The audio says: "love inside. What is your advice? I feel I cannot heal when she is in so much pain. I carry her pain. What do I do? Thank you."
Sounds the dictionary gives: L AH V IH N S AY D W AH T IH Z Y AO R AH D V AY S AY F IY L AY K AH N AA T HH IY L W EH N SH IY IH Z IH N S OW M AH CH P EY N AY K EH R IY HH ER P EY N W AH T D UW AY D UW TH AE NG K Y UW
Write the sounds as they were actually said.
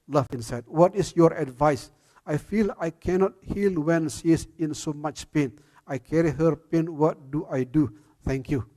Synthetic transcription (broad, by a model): L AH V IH N S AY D W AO T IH S Y AO R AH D V AY S AY F IY L AY K AH N AA T HH IY L W EH N S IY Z IH N S OW M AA CH P EY N AY K EH R IY HH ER P EY N W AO T D UW AY D UW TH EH NG K Y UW